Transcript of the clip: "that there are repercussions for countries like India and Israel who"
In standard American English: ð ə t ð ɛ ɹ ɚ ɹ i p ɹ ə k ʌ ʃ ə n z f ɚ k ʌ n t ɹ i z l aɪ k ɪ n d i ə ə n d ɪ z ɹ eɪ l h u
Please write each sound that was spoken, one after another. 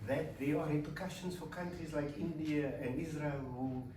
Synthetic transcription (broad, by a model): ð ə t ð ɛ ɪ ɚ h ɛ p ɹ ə k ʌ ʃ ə n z f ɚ k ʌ n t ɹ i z l aɪ k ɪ n d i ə ə n d ɪ z ɹ eɪ l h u